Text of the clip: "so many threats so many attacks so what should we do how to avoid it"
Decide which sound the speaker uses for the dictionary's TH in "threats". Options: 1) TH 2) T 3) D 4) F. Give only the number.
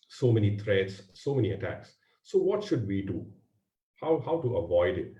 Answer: 2